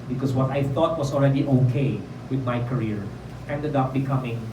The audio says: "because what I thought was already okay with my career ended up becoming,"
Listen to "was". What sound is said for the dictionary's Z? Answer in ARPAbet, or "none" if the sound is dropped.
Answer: S